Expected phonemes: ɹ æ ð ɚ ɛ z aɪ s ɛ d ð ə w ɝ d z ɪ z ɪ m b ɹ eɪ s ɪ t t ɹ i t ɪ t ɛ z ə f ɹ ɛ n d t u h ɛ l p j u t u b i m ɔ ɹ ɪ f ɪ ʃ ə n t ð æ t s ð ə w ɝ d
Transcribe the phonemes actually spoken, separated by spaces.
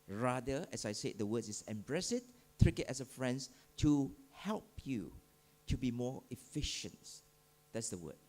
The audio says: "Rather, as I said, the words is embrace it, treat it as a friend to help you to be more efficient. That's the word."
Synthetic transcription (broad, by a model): ɹ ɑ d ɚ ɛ s aɪ s ɛ d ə w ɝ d s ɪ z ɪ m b ɹ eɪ s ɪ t t ɹ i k ɪ t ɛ s ə f ɹ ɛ n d t u h ɛ l p j u t u b i m ɔ ɪ f ɪ ʃ ə n t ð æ t s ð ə w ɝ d